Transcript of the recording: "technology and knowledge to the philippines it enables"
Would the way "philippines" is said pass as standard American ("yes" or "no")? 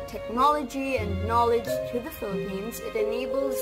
yes